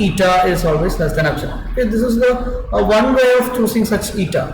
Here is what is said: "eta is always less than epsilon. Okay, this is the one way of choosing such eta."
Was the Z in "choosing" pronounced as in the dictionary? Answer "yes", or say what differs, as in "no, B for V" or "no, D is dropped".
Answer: no, S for Z